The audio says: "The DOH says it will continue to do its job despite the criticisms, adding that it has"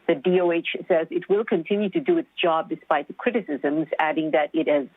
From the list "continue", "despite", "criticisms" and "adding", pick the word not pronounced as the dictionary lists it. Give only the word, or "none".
none